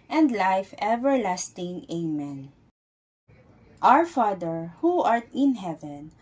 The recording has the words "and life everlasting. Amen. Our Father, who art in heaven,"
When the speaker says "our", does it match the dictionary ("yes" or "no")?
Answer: yes